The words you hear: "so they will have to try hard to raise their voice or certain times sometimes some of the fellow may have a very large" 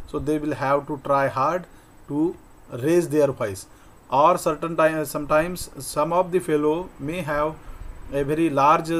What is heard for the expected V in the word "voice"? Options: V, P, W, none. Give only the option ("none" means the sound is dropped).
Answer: P